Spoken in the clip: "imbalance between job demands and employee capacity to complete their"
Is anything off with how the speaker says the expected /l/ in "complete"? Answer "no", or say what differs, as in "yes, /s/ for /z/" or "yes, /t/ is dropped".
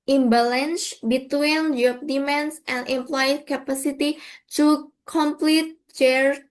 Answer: no